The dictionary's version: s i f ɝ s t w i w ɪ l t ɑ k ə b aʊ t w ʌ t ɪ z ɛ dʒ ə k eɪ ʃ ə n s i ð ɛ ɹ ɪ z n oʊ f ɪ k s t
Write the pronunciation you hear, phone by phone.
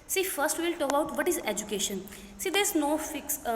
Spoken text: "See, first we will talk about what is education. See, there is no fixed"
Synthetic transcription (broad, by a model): s i f ɝ s t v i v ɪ l t ɑ k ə ʊ t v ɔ t ɪ z ɛ dʒ ə k eɪ ʃ ə n s i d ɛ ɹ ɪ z n oʊ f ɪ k s